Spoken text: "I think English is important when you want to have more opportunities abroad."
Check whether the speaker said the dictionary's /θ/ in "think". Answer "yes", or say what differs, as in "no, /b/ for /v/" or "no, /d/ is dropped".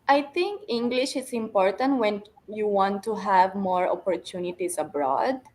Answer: no, /t/ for /θ/